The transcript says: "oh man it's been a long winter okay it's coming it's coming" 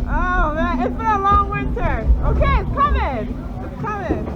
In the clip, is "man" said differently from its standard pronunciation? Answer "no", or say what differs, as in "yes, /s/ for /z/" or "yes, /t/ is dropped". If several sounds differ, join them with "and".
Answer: yes, /n/ is dropped